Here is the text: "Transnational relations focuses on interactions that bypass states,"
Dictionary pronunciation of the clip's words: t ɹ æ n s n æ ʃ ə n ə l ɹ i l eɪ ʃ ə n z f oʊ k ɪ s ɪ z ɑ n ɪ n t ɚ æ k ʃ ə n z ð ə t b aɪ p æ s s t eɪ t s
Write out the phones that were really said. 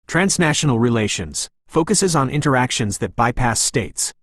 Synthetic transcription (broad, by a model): t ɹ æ n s n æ ʃ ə n l ɹ i l eɪ ʃ ə n z f oʊ k ɪ s ɪ z n ɪ n t ɚ æ k ʃ ə n z ð ə t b aɪ p æ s s t eɪ t s